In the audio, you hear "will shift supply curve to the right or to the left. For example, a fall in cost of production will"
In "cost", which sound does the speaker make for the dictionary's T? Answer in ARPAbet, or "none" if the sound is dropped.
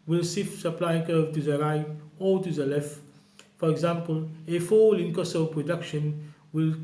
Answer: none